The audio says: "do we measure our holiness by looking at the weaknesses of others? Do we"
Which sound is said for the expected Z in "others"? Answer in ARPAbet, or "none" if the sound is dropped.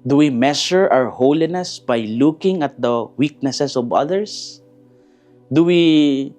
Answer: S